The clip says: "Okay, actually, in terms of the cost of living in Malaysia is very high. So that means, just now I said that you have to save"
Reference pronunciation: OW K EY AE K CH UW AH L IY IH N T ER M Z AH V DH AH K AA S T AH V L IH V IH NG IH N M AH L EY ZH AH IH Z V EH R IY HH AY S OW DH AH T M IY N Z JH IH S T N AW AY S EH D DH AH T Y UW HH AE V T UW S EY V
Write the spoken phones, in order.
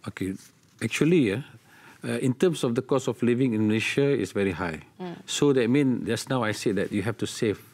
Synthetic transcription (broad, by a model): OW K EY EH K CH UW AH L IY IH N T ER M S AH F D AH K AA S AH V L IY V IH NG IH N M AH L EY SH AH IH S V EH R IY HH AY S OW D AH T M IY N JH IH S N AW AY S EH D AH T Y UW HH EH F T UW S EY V